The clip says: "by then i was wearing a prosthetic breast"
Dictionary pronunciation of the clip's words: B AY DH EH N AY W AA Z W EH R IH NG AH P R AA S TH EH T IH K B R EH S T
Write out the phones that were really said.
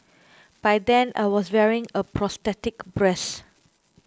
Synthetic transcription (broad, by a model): B AY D EH N AY W AA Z W EH R IH NG AH P R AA S T EH T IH K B R EH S